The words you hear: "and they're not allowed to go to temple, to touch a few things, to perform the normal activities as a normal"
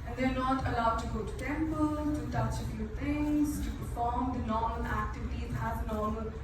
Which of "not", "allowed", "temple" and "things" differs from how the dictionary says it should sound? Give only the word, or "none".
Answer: things